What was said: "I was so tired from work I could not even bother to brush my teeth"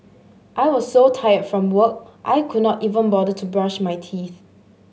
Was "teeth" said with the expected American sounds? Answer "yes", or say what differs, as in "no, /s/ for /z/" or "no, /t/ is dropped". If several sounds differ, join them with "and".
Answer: yes